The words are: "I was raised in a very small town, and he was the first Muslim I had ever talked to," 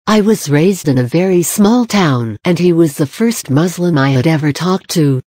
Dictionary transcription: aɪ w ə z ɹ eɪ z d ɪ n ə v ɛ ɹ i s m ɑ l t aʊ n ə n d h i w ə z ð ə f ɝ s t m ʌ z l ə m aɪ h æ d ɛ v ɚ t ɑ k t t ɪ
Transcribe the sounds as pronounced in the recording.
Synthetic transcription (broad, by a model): aɪ w ə z ɹ eɪ z d ɪ n ə v ɛ ɹ i s m ɑ l t aʊ n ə n i w ə z ð ə f ɝ s t m ʌ z l ə m aɪ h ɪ d ɛ v ɚ t ɑ k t t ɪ